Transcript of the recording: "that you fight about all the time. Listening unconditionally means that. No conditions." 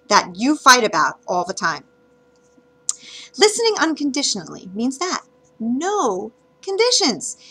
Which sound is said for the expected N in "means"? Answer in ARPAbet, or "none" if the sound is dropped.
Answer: N